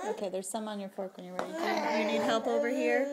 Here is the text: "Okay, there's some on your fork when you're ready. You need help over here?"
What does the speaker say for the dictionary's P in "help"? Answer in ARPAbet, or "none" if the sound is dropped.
P